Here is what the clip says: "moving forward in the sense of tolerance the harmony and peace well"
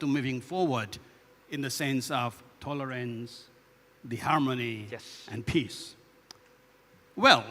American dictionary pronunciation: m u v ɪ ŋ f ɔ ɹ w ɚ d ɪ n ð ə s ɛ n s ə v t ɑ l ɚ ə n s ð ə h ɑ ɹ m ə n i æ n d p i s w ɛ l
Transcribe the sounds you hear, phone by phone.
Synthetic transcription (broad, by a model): m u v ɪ ŋ f ɔ ɹ w ɚ d ɪ n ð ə s ɛ n s ə v t ɑ l ɚ ə n s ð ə h ɑ ɹ m ə n i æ n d p i s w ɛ l